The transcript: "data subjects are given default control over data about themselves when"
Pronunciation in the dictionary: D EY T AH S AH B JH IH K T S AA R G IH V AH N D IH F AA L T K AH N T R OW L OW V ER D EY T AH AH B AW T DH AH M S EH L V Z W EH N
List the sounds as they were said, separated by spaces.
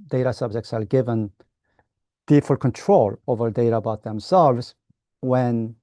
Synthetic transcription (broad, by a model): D EY T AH S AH B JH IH K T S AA L G IH V AH N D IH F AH L K AH N T R OW L OW V ER D EY T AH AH B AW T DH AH M S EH L V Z W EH N